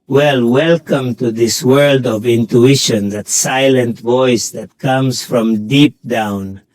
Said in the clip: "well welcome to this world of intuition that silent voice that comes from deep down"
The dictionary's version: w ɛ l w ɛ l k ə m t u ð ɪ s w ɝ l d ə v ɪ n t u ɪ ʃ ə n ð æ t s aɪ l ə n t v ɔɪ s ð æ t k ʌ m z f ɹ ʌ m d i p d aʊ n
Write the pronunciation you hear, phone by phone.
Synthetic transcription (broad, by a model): w ɛ l w ɛ l k ə m t u ð ɪ s w ɝ l d ə v ɪ n t u ɪ ʃ ə n ð æ t s aɪ l ə n t v ɔɪ s ð æ t k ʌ m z f ɹ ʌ m d i p d aʊ n